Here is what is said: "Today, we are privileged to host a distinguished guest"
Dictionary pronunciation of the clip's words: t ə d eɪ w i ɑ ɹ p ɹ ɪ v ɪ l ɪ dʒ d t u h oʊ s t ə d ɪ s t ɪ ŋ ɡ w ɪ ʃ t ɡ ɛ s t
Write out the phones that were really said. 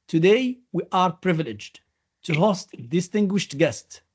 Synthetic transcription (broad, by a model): t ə d eɪ w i ɑ ɹ p ɹ ɪ v ɪ l ɪ dʒ d t u h oʊ s t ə d ɪ s t ɪ ŋ ɡ w ɪ ʃ t ɡ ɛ s t